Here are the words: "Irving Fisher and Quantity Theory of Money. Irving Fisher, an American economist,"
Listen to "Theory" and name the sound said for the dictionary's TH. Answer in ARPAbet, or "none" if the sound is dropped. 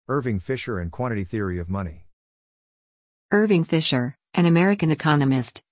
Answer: TH